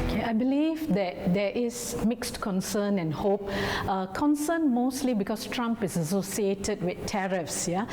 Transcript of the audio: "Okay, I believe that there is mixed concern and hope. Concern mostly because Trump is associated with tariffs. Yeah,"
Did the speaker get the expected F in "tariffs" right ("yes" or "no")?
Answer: yes